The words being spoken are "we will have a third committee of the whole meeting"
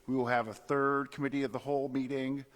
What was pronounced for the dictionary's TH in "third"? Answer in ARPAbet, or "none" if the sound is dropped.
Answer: TH